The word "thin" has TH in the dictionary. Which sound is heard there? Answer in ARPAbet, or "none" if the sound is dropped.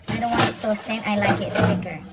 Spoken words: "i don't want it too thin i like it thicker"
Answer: T